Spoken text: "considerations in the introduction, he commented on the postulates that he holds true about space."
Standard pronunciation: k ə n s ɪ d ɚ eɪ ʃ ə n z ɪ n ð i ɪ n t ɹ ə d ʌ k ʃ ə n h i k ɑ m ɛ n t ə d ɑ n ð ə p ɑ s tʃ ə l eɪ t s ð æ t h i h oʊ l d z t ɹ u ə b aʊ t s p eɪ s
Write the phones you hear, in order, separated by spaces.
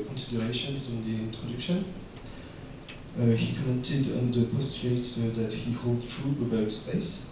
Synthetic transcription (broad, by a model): k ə n s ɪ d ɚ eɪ ʃ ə n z ɪ n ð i ɪ n t ɹ ə d ʌ k ʃ ə n h i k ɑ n t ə d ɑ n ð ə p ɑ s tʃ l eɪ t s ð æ t h i h oʊ l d t ɹ u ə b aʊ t s p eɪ s